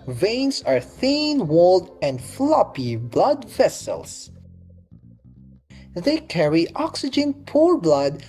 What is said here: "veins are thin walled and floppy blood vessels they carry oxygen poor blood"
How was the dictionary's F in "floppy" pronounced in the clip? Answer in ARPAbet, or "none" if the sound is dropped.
F